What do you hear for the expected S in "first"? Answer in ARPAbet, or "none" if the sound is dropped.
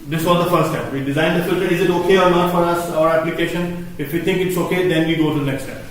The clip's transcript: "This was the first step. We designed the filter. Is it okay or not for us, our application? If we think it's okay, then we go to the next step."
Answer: none